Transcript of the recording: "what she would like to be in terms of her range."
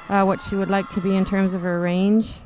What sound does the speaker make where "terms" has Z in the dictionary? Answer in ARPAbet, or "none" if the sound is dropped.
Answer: Z